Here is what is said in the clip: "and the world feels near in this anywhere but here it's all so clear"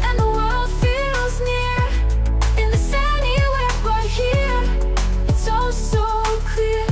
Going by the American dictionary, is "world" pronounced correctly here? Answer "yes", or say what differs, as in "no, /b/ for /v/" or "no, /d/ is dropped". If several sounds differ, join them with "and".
yes